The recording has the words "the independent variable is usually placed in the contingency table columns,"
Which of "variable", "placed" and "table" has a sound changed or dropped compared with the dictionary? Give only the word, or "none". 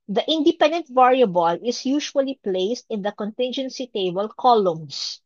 none